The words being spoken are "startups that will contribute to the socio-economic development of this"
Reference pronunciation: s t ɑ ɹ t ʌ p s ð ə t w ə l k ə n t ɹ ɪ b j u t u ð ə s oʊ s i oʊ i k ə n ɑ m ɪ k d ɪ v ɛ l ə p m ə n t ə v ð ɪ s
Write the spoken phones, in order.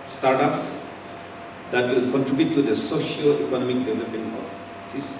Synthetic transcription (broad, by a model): s t ɑ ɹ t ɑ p s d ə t w ə l k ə n t ɹ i b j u t u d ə s oʊ ʃ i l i k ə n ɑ m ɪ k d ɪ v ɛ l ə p ə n ə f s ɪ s